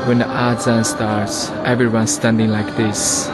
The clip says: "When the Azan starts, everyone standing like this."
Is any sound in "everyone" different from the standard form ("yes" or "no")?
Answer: no